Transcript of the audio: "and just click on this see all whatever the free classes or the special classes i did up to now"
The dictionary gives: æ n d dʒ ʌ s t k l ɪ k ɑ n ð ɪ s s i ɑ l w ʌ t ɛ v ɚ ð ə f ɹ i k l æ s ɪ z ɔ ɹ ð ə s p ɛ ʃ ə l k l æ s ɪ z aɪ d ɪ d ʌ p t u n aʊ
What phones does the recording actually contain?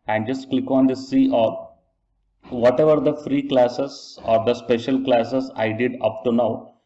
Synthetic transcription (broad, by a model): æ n d dʒ ʌ s t k l ɪ k ɑ n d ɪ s s i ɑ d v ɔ t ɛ v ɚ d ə f ɹ i k l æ s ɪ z ɔ ɹ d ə s p ɛ ʃ ə l k l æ s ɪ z aɪ d ɪ d ʌ p t u n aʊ